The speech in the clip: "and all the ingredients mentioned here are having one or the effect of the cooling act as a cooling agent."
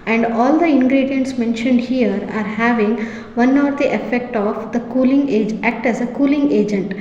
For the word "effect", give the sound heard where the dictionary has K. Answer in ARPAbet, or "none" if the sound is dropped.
K